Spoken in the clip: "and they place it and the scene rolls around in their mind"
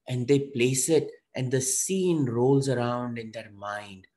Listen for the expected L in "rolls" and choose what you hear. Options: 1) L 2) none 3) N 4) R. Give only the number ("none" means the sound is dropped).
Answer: 1